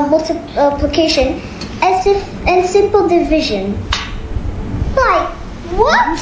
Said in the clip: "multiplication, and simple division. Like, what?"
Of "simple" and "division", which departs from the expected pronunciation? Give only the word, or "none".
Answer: none